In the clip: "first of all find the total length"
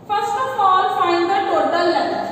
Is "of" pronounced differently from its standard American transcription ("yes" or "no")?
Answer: yes